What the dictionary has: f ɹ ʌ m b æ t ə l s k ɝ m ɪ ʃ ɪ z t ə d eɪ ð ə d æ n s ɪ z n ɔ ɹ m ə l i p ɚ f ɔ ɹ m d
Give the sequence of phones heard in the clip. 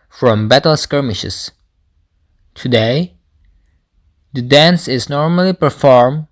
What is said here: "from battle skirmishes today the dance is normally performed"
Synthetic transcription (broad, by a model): f ɹ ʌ m b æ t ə l s k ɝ m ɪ ʃ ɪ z t ə d eɪ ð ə d æ n s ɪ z n ɔ ɹ m ə l i p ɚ f ɔ ɹ m